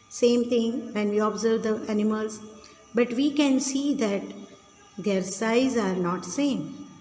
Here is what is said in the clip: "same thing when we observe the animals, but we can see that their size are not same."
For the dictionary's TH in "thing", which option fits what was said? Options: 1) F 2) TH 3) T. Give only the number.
3